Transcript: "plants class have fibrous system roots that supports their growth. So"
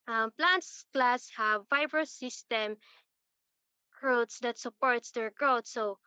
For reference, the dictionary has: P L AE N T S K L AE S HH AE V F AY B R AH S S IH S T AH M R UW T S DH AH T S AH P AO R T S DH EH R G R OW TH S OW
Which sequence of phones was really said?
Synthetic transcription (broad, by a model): P L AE N T S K L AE S HH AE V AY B R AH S S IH S T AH M R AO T S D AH T S AH P AO R T S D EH R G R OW T S OW